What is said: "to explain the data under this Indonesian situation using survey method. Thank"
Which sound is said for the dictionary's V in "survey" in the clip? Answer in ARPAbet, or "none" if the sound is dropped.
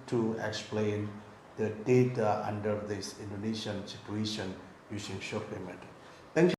P